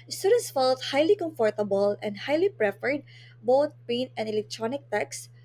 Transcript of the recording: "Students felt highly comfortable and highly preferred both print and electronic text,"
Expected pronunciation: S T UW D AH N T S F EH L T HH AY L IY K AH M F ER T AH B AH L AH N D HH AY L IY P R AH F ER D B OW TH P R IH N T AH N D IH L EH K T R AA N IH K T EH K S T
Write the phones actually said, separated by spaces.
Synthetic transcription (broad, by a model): S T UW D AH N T S F EH L T HH AY L IY K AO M F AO T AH B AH L AH N D HH AY L IY P R AH F ER D B OW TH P EH N AH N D IH L EH K T R AA N IH K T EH K S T